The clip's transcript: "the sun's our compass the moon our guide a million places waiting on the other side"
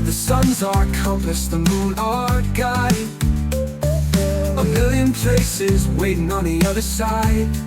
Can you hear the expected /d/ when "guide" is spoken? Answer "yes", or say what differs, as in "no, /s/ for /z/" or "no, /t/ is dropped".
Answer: no, /d/ is dropped